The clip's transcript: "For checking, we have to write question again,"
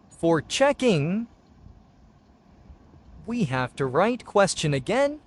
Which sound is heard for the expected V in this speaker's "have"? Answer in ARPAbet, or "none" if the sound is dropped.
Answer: F